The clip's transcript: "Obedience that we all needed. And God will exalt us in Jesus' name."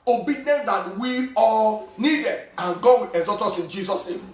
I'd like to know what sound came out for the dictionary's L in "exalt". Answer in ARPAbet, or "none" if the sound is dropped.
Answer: none